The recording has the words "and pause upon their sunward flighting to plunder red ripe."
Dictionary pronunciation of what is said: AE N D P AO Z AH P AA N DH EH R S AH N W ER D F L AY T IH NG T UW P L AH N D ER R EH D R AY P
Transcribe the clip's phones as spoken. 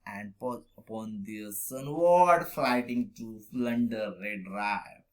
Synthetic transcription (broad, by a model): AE N D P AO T AH P AA N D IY S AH N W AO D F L AY T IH NG T UW F L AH N D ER R EH D R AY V